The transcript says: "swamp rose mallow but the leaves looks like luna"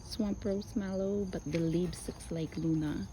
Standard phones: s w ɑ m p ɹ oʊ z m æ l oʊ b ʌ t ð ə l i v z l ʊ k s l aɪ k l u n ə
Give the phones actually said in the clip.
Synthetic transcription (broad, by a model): s w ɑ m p ɹ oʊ s m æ l oʊ b ʌ t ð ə l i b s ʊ k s l aɪ k l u n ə